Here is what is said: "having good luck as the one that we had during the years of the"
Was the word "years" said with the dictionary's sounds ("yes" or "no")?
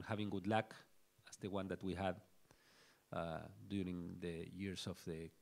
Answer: no